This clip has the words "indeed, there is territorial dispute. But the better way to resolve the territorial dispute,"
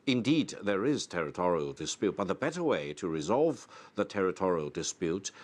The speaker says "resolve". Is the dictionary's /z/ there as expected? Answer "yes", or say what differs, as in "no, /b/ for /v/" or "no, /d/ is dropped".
yes